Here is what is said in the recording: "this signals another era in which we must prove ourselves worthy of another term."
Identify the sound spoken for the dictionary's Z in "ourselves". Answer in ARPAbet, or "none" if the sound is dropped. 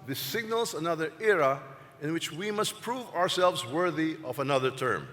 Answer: Z